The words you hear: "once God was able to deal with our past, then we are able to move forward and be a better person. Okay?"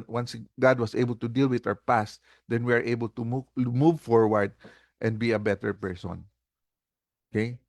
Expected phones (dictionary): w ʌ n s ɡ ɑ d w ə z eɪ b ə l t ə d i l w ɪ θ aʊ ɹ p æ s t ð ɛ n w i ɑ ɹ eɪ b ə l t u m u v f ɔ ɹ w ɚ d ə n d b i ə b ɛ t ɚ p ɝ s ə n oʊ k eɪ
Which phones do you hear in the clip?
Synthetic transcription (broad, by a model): w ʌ n s ɡ ɑ d w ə s eɪ b ə l t ə d i l w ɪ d aʊ ɹ p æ s t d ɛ n w i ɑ ɹ eɪ b ə l t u m u v f ɔ ɹ w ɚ d ə n d b i ə b ɛ t ɚ p ɝ s ə n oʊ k eɪ